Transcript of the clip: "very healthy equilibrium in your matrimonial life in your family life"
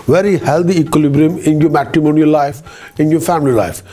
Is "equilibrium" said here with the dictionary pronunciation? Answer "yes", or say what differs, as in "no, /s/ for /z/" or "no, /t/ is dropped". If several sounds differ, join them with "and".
yes